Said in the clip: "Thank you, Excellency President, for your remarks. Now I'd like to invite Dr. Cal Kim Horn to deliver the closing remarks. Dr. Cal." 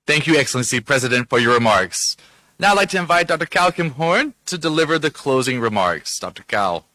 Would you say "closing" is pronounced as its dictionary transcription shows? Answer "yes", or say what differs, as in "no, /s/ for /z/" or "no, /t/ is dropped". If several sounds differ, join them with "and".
yes